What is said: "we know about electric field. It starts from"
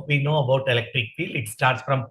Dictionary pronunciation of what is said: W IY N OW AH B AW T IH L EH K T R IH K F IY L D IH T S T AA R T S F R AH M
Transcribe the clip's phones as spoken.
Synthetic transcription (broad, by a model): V IY N OW AH B AW T IH L EH K T R IH K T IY L IH T S T AA R T S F R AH M